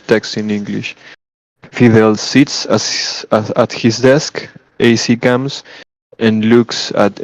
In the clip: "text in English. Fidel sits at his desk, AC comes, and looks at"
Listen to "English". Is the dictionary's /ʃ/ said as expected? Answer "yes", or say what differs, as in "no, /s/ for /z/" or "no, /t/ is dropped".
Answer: yes